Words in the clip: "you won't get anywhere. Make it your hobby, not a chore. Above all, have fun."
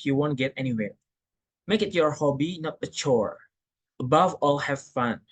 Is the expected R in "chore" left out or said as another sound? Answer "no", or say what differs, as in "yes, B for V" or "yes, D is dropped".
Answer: no